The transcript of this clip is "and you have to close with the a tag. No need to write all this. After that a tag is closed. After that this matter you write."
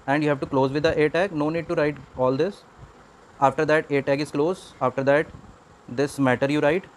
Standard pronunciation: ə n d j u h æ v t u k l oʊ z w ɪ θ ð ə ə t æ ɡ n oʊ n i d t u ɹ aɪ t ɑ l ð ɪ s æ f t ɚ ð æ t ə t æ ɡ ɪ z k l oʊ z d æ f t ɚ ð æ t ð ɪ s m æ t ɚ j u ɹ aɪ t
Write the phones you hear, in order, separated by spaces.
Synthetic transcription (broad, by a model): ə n d j u h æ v t u k l oʊ z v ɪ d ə ə t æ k n oʊ n i d t u ɹ aɪ t ɑ l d ɪ s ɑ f t ɚ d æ t ə t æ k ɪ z k l oʊ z ɑ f t ɚ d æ t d ɪ s m æ t ɚ j u ɹ aɪ t